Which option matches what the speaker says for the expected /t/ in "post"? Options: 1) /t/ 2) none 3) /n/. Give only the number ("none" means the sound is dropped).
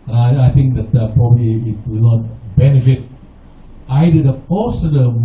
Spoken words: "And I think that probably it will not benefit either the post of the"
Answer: 2